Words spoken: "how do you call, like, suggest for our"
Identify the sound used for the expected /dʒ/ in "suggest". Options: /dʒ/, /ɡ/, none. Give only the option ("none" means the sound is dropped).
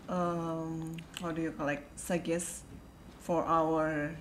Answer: none